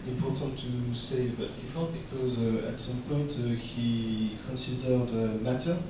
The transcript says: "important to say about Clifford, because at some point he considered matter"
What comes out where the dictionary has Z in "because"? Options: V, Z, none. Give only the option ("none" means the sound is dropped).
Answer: Z